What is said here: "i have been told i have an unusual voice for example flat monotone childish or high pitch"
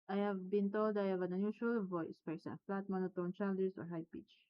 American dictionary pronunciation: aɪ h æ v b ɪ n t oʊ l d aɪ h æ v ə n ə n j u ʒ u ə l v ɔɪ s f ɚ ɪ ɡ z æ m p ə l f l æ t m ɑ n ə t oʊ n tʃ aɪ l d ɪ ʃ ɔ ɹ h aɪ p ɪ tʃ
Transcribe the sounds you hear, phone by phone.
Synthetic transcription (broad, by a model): aɪ h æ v b ɪ n t oʊ l d aɪ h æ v ə n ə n j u ʃ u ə l v ɔɪ s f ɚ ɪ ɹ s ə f l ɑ t m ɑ n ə t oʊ n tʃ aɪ l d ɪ s ɔ ɹ h aɪ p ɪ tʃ